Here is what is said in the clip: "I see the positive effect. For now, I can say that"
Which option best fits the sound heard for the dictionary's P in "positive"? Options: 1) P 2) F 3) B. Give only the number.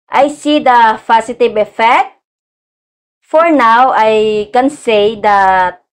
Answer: 2